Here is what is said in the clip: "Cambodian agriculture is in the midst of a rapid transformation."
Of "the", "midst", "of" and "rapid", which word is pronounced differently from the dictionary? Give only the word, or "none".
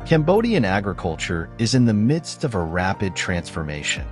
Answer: none